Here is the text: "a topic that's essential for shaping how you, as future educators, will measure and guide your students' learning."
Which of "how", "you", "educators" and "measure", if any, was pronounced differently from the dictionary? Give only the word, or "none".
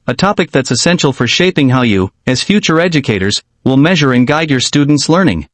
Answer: none